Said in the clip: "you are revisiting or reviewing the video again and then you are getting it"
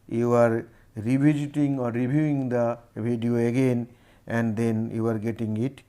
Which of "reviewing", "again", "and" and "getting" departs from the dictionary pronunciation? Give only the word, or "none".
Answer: reviewing